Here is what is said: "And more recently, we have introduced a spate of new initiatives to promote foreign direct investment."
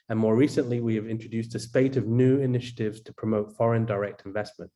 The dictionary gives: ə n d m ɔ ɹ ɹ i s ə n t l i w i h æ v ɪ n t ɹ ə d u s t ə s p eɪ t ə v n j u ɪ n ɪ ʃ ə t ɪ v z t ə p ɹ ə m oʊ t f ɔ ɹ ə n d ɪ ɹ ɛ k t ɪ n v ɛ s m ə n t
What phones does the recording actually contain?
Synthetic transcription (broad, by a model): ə n m ɔ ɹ ɹ i s ə n t l i w i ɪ v ɪ n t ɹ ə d u s t ə s p eɪ t ə v n j u ɪ n ɪ ʃ ə t ɪ v z t ə p ɹ ə m oʊ t f ɔ ɹ ə n d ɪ ɹ ɛ k t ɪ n v ɛ s m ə n t